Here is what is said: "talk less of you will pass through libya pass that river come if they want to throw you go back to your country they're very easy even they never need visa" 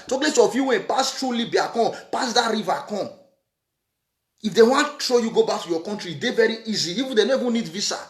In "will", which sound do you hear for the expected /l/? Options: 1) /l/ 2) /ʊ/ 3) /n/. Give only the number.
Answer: 3